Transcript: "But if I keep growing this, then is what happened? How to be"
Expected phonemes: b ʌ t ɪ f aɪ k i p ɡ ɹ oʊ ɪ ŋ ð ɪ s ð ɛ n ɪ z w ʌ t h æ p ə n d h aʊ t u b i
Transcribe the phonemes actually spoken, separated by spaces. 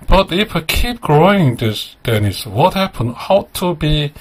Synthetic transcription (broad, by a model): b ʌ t ɪ f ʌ k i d ɡ ɹ oʊ ɪ ŋ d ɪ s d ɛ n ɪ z w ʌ t h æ p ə n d h aʊ t u b i